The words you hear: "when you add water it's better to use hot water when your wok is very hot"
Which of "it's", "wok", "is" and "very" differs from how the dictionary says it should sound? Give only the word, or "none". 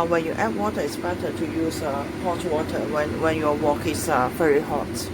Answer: is